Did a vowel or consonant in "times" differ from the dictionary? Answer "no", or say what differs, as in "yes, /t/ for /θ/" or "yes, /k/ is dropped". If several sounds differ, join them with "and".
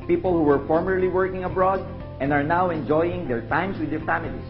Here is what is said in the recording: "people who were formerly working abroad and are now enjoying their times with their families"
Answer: yes, /s/ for /z/